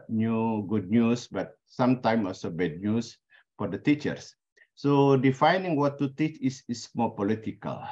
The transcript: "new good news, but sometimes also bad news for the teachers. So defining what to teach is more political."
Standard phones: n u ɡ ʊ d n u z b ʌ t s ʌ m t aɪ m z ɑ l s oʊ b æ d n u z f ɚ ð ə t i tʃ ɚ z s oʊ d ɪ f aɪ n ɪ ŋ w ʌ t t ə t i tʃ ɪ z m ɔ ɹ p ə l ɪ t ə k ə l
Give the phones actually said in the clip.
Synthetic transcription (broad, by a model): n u ɡ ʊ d n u s b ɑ t s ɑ m t aɪ m ɑ l s oʊ b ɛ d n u s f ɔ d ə t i tʃ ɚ s oʊ d ɪ f aɪ n ɪ ŋ w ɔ t t ə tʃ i s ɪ s m ɔ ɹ p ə l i t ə k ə l